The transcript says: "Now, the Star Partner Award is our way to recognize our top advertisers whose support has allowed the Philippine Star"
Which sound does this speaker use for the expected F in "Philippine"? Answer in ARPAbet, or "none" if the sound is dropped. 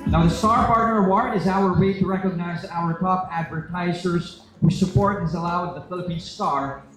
F